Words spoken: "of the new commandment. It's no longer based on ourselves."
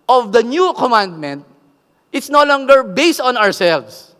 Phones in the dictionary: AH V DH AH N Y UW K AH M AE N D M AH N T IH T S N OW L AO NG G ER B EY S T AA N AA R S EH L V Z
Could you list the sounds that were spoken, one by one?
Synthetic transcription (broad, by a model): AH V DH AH N Y UW K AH M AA N D M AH N T IH T S N OW L AO NG G ER B EY S T AA N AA R S EH L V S